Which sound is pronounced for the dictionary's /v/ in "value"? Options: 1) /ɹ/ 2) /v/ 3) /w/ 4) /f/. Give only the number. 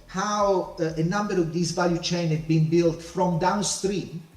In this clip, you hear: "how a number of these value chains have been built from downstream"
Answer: 2